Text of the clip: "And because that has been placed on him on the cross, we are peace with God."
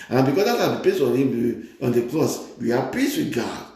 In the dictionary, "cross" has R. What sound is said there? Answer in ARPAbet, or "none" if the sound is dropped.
L